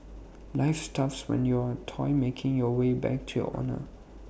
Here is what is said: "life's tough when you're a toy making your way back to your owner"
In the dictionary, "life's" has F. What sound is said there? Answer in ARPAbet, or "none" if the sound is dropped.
F